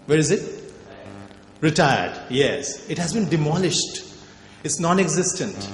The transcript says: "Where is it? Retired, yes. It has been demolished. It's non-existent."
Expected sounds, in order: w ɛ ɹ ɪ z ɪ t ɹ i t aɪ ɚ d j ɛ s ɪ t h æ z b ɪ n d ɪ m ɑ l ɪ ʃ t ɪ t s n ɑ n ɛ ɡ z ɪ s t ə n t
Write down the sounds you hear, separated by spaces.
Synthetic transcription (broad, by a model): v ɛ ɹ ɪ z ɪ t ɹ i t aɪ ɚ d j ɛ s ɪ t h æ z b ɪ n d ɪ m ɑ l ɪ ʃ t ɪ t s n ɑ n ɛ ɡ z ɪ s t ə n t